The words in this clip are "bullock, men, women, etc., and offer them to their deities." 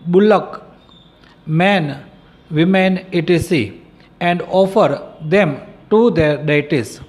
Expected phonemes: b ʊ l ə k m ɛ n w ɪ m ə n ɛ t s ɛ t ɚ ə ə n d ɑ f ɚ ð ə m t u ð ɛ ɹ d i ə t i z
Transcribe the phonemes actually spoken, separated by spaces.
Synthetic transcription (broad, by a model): b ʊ l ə k m ɛ n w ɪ m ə n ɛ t i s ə ə n d ɑ f ɚ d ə m t u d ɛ ɹ d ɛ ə t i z